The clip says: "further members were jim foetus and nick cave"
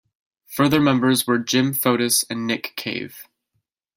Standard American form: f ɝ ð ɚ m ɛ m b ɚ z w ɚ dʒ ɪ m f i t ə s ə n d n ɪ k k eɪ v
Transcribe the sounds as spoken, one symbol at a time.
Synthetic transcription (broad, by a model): f ɝ ð ɚ m ɛ m b ɚ z w ɚ dʒ ɪ m f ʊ t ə s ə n n ɪ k k eɪ v